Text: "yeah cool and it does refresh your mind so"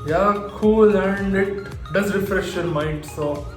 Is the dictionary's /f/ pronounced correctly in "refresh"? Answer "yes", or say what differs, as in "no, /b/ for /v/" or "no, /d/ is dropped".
yes